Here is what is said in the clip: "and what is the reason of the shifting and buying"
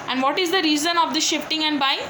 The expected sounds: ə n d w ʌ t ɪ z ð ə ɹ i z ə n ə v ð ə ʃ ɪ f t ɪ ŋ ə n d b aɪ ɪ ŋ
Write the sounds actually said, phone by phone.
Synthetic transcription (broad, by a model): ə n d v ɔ t ɪ z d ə ɹ i z ə n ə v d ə ʃ ɪ f t ɪ ŋ ə n d b aɪ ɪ ŋ